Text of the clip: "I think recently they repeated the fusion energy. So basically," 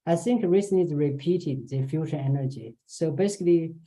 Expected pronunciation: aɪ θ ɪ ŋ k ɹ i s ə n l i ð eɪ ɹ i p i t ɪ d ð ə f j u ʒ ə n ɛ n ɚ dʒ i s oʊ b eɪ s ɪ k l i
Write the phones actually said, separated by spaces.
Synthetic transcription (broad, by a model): aɪ θ ɪ ŋ k ɹ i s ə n i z ɹ i p i t ɪ d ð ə f j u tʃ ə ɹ ɛ n ɚ dʒ i s oʊ b eɪ s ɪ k l i